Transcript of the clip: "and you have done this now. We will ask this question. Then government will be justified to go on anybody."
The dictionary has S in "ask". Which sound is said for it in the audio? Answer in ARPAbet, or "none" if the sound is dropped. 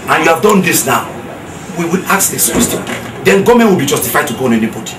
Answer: none